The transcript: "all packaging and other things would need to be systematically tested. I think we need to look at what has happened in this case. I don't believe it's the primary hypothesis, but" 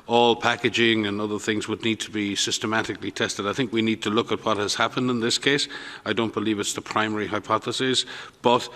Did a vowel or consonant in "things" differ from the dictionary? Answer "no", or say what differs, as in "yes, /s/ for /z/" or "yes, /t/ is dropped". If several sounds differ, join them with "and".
no